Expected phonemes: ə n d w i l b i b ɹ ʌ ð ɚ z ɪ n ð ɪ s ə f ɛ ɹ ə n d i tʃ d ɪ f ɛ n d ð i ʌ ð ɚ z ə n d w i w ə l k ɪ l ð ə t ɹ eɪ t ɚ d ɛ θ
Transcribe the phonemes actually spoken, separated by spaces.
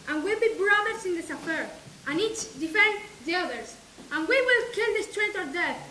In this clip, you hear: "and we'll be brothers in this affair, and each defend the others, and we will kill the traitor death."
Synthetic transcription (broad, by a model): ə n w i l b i b ɹ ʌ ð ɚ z ɪ n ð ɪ s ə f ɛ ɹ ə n i tʃ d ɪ f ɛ n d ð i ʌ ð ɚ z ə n w i w ə l k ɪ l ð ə t ɹ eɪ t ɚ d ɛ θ